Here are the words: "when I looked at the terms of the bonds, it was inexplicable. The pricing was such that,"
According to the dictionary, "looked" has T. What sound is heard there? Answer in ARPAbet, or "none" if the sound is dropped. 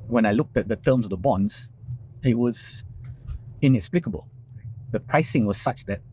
T